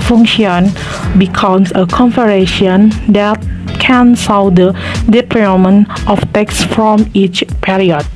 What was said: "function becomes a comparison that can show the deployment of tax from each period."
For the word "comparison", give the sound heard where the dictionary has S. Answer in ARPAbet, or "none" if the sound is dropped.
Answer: SH